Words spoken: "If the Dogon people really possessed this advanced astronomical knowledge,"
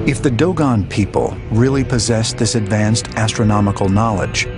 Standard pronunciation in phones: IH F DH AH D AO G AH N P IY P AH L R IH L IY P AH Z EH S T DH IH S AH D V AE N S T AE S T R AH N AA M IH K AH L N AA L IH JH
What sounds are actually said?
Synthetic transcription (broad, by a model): IH F DH AH D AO G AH N P IY P AH L R IH L IY P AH Z EH S DH IH S AH D V AE N S T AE S T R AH N AA M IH K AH L N AA L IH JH